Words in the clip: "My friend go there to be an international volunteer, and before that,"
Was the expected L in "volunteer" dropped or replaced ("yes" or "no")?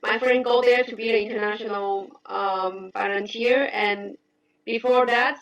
yes